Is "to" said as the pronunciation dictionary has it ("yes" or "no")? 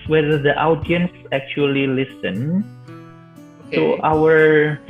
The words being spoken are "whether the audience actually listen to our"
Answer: no